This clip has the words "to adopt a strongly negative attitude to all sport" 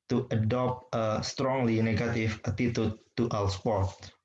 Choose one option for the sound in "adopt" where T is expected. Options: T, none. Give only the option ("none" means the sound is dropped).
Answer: T